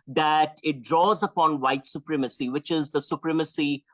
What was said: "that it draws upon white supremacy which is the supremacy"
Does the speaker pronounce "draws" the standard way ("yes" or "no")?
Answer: yes